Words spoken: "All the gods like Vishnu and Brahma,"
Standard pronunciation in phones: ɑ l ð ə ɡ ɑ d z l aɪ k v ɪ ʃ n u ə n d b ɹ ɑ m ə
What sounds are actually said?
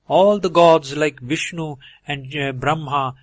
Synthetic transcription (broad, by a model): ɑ l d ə ɡ ɑ d z l aɪ k v ɪ ʃ n u ə n d b ɹ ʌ m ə